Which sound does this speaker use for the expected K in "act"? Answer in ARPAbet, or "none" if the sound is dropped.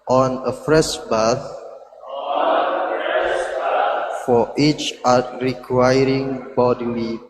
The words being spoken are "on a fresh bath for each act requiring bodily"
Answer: none